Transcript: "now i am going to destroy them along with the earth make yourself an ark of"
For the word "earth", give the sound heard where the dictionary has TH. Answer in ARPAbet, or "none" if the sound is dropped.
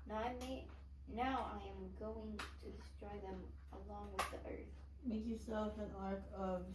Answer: TH